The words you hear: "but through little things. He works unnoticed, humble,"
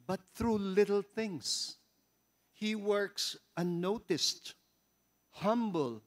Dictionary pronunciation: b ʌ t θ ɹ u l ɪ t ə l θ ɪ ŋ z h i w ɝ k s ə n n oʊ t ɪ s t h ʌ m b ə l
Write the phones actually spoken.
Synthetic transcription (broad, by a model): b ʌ t θ ɹ u l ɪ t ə l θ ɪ ŋ s h i w ɝ k s ə n n oʊ t ɪ s t h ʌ m b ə l